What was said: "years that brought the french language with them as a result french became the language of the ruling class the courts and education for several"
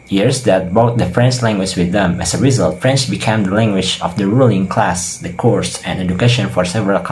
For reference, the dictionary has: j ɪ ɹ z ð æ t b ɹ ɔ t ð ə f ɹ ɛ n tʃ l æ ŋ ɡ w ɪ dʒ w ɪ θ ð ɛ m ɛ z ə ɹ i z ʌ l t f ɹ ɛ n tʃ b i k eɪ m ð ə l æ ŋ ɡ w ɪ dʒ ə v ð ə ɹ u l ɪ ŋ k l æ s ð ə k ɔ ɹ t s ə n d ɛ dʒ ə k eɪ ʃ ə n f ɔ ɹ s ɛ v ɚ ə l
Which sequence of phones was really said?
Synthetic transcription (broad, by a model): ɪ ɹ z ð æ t b ɔ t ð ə f ɹ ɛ n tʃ l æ ŋ ɡ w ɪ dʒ w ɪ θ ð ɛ m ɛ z ə ɹ i z ʌ l t f ɹ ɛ n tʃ b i k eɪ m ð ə l æ ŋ ɡ w ɪ dʒ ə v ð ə ɹ u l ɪ ŋ k l æ s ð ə k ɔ ɹ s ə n ɛ dʒ ə k eɪ ʃ ə n f ɔ ɹ s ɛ v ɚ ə l